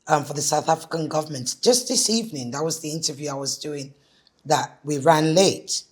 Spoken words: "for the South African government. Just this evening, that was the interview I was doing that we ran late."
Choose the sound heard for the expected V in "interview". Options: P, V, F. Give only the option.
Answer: V